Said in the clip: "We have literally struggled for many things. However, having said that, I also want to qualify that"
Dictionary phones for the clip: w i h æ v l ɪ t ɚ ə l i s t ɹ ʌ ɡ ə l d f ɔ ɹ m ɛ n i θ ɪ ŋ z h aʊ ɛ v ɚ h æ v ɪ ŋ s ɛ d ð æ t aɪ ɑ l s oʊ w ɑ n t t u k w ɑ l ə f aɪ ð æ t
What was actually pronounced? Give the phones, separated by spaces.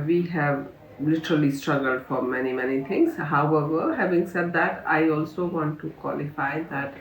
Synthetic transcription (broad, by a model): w i h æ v l ɪ t ɚ ə l i s t ɹ ʌ ɡ ə l d f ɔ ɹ m ɛ n i t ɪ ŋ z h aʊ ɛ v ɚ h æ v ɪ ŋ s ɛ d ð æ t aɪ ɑ l s oʊ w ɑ n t t u k w ɑ l ə f aɪ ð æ t